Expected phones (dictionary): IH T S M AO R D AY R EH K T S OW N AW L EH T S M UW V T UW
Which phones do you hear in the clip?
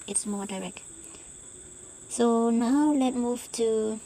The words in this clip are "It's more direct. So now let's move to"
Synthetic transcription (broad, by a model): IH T S M AO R D AY R EH K T S OW N AW L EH T M UW V T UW